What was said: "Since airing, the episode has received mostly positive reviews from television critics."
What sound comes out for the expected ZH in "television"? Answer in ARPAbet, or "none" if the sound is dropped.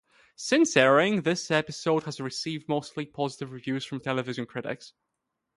ZH